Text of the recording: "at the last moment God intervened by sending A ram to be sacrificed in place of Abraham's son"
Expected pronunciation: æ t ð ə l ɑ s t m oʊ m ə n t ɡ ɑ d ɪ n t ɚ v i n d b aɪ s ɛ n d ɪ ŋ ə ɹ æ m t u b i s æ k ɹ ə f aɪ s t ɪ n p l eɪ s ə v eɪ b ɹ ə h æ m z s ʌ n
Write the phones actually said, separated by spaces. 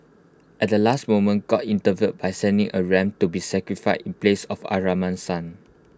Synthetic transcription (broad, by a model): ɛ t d ə l ɑ s t m oʊ m ə n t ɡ ɑ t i n t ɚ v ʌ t b aɪ s ɛ n d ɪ ŋ ə ɹ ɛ m t u b i s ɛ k ɹ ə f aɪ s ɪ n p l eɪ s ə f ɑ ɹ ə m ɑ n s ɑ n